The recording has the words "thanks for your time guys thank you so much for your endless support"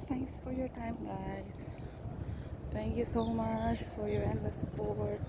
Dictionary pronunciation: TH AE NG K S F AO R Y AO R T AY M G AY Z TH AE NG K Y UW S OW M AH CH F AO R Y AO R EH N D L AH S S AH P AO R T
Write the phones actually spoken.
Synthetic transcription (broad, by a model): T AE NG K S F AO R Y AO R T AY M G AY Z T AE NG K Y UW S OW M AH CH F AO R Y AO R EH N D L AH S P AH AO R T